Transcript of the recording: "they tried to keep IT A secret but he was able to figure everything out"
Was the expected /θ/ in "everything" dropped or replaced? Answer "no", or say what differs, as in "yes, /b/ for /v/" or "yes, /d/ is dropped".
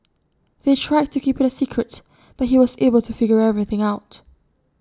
no